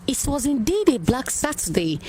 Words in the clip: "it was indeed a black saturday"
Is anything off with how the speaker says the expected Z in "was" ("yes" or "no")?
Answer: no